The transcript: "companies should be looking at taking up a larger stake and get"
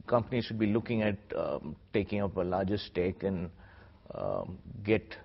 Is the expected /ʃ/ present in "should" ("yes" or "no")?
yes